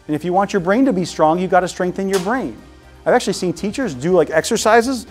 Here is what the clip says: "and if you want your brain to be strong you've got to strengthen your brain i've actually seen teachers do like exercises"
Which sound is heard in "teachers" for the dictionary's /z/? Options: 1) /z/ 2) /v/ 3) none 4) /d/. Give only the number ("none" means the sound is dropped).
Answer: 1